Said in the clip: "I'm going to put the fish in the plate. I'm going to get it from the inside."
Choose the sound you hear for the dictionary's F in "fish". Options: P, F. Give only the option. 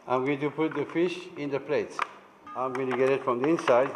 F